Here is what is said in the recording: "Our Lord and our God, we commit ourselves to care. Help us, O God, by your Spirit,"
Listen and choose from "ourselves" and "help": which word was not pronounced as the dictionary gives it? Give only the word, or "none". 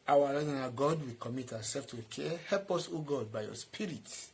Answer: ourselves